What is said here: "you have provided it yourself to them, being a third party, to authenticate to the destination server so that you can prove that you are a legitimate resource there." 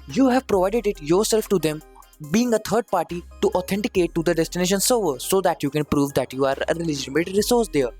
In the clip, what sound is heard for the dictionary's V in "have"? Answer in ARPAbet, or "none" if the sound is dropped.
V